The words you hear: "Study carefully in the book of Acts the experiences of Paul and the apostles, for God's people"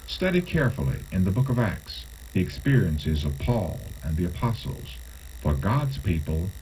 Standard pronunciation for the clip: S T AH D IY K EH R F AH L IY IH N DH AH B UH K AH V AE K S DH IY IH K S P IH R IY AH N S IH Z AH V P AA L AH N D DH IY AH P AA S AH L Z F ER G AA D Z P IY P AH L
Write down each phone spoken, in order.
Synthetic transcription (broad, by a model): S T AH D IY K EH R F L IY IH N DH AH B UH K AH V AE K S DH IY IH K S P IH R IY AH N S IH Z AH V P AA L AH N DH IY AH P AA S L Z F ER G AA D Z P IY P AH L